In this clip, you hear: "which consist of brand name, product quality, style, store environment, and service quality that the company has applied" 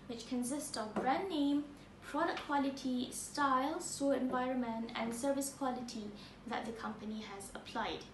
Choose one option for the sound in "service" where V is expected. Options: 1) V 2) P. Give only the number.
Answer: 1